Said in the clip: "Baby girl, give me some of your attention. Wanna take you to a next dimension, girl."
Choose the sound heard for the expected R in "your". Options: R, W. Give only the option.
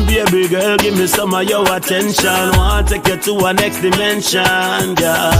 W